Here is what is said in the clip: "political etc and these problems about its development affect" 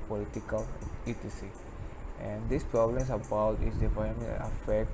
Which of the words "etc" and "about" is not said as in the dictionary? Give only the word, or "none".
etc